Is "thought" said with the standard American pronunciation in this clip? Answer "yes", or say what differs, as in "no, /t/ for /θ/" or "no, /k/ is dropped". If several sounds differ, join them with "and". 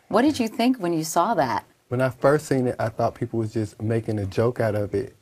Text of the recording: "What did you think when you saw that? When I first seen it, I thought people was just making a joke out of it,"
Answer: yes